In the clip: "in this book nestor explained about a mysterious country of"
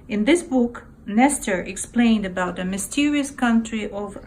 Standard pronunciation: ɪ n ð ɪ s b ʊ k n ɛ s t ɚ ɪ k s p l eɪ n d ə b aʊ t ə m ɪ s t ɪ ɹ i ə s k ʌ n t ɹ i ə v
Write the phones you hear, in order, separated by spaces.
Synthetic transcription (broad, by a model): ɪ n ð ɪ s b ʊ k n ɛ s t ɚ ɪ k s p l eɪ n d ə b aʊ t ə m ɪ s t ɪ ɹ i ə s k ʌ n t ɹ i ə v